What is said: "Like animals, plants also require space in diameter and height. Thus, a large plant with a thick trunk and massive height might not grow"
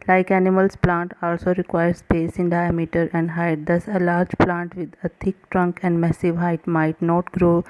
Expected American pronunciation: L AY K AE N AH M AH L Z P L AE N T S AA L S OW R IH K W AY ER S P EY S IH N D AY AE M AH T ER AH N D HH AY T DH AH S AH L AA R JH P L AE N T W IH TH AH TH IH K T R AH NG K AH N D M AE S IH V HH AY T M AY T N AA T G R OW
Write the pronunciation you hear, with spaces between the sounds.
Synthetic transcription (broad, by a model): L AY K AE N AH M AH L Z P L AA N T AA L S OW R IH K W AY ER S P EY S IH N D AY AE M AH T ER AH N D HH AY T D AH S AH L AA R JH P L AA N T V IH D AH T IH K T R AH NG K AH N D M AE S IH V HH AY T M AY T N AA T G R OW